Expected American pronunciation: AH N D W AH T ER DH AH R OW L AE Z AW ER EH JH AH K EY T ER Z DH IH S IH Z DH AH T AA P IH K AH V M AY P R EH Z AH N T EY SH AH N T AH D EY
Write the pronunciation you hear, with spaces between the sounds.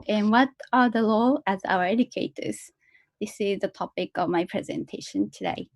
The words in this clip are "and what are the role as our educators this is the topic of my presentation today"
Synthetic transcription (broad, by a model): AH N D W AH T ER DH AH L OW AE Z AW ER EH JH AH K EY T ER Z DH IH S IH Z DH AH T AA P IH K AH V M AY P R EH Z AH N T EY SH AH N T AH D EY